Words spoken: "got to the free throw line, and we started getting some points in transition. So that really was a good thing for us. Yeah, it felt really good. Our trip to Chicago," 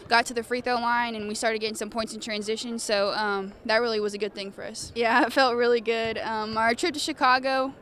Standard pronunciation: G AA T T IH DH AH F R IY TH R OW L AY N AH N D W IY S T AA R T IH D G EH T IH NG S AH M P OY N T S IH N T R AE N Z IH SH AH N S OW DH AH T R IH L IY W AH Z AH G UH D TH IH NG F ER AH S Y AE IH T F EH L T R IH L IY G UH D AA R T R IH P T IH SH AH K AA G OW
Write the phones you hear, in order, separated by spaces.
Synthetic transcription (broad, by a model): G AA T T IH DH AH F R IY TH OW L AY N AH N W IY S T AA R T IH D G EH T IH NG S AH M P OY N T S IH N T R AE N Z IH SH AH N S OW DH AH T R IH L IY W AH Z AH G UH D TH IH NG F ER AH S Y AE IH T F EH L T R IH L IY G UH D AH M T R IH P T IH SH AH K AA G OW